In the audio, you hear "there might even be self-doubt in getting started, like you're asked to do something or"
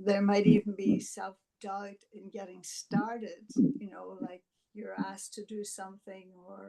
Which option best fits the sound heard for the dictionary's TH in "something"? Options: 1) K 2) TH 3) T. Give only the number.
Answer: 2